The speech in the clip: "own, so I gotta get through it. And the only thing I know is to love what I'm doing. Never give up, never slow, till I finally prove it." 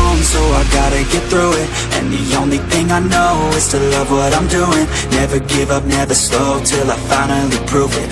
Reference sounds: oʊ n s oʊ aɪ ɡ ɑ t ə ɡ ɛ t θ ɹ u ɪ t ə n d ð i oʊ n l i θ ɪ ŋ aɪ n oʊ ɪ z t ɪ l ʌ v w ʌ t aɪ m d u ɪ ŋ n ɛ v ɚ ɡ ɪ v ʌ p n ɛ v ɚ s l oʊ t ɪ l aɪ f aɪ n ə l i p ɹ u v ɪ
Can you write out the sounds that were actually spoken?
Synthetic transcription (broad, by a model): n s oʊ aɪ ɡ ɑ t ə ɡ ɛ t θ ɹ u ɪ t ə n ð i oʊ n l i θ ɪ ŋ aɪ n oʊ ɪ z t ɪ l ʌ v w ʌ t aɪ m d u ɪ ŋ n ɛ v ɚ ɡ ɪ v ʌ p n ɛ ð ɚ s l oʊ t ɪ l aɪ f aɪ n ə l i p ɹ u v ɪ